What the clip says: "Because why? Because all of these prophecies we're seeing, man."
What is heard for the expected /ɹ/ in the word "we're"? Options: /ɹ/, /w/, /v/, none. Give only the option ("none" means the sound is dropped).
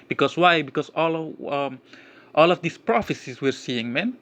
/ɹ/